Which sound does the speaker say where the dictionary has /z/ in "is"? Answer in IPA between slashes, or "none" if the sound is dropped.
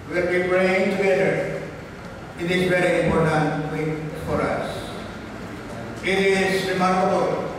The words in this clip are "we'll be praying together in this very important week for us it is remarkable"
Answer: /s/